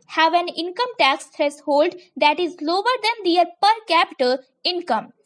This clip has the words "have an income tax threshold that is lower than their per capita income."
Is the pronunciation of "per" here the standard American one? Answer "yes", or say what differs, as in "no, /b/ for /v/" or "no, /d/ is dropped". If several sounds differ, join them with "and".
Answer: yes